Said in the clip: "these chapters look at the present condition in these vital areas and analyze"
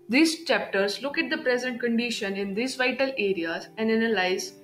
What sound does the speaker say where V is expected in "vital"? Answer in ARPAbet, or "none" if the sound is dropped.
V